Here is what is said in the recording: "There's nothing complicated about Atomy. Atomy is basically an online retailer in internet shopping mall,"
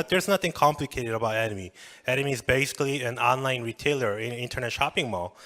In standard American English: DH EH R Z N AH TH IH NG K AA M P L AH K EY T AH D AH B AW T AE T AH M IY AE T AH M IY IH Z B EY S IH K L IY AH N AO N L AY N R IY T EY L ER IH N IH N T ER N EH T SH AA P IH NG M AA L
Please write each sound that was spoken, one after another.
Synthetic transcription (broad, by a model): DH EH R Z N AH TH IH NG K AA M P L AH K EY T AH D AH B AW T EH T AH M IY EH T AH M IY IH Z B EY S IH K L IY AH N AO N L AY N R IY T EY L ER IH N IH N T ER N EH T SH AA P IH NG M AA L